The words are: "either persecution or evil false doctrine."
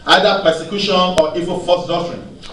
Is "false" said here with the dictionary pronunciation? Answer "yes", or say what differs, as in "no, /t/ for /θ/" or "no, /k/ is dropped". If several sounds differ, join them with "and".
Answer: no, /l/ is dropped